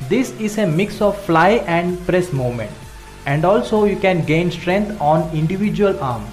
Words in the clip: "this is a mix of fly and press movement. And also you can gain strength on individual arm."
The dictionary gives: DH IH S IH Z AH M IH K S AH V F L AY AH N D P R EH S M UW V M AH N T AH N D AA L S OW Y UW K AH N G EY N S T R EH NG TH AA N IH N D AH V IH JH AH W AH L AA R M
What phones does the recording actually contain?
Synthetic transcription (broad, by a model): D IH S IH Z AH M IH K S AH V F L AY AH N D P R EH S M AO M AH N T AH N D AA L S OW Y UW K AH N G EY N S T R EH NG T AA N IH N D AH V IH JH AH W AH L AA R M